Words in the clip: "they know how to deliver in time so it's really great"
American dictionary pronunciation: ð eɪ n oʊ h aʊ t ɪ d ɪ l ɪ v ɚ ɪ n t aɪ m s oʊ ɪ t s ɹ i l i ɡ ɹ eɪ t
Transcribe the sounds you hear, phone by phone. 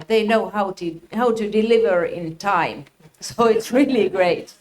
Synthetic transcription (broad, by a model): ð eɪ n oʊ h aʊ t ɪ d ɪ l ɪ v ɚ ɪ n t aɪ m s oʊ ɪ t s ɹ i l i ɡ ɹ eɪ t